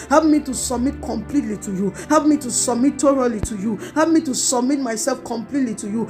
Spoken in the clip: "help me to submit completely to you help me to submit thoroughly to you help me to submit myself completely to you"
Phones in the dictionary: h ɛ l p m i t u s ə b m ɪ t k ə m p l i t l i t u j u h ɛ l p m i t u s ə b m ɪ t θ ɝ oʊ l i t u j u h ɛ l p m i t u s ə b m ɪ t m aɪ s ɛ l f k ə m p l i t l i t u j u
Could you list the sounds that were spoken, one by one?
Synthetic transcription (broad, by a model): h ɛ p m i t u s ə b m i t k ə m p l i t l i t u j u h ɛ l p m i t u s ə b m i t t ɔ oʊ l i t u j u h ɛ p m i t u s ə b m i t m aɪ s ɛ l f k ə m p l i t l i t u j u